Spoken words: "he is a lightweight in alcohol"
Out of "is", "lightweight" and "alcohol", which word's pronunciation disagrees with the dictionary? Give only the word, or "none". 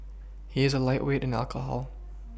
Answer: none